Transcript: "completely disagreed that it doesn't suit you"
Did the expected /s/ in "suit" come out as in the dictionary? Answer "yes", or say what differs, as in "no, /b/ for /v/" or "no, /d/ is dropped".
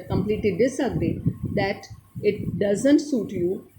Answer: yes